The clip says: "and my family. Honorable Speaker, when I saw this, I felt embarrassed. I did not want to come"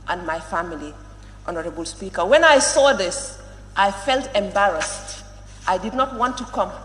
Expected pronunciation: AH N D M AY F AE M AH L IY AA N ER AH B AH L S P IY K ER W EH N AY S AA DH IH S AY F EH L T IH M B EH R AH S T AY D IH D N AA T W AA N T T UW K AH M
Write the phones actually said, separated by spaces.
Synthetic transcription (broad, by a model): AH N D M AY F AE M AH L IY AA N ER AH B AH L S P IY K ER W EH N AY S AA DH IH S AY F EH L T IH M B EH R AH S T AY D IH D N AA T W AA N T T UW K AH M